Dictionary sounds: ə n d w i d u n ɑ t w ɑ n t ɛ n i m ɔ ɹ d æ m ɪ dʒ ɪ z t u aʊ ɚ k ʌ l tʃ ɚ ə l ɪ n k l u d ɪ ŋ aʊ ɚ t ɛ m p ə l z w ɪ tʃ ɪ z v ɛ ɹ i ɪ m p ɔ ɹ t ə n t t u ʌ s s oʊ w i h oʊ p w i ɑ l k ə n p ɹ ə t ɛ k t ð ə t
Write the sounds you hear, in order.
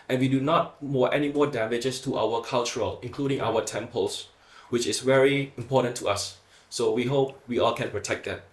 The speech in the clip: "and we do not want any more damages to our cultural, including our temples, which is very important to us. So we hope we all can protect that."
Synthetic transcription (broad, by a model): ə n w i d u n ɑ t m ɑ t ɛ n i m ɔ d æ m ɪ dʒ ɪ s t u aʊ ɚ k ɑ l tʃ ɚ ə l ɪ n k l u d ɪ ŋ aʊ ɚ t ɛ m p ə l s w ɪ tʃ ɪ s v ɛ ɹ i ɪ m p ɔ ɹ t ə n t t u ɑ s s oʊ w i h oʊ p w i ɑ l k ə n p ɹ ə t ɛ k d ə t